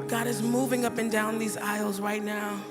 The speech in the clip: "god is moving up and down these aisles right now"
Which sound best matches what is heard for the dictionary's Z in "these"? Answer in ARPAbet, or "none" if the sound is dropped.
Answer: Z